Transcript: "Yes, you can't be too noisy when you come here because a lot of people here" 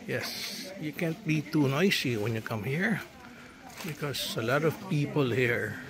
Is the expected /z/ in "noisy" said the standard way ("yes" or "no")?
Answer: no